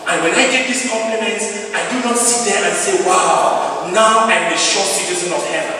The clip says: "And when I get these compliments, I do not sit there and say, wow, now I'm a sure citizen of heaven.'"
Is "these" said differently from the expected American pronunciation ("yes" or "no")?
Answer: yes